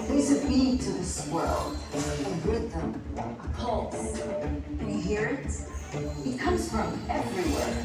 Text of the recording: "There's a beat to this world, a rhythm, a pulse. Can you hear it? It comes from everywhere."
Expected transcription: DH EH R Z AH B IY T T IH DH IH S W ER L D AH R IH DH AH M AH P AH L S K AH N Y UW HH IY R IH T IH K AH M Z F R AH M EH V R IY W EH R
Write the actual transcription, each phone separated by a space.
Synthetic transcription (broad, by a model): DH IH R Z AH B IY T T IH DH IH S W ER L AH W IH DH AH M AH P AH L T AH HH IY R IH T IH K AH M Z F R AH M EH V R IY W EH R